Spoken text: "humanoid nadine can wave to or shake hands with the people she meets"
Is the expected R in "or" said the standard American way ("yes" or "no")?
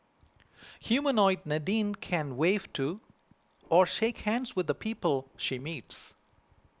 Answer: yes